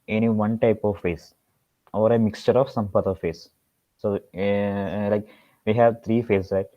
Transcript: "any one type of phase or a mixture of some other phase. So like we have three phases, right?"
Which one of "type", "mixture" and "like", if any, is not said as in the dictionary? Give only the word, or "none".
none